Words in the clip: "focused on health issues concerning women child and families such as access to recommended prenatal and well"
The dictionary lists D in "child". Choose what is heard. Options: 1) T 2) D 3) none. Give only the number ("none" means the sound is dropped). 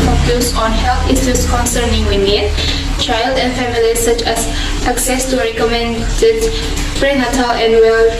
2